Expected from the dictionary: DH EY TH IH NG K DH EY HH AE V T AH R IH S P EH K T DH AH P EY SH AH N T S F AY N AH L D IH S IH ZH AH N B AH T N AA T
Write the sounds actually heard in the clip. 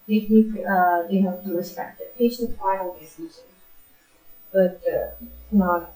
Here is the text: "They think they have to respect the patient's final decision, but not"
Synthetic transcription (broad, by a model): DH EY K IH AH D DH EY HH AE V T AH R IH S P EH K T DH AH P EY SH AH N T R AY AH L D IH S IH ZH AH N B AH T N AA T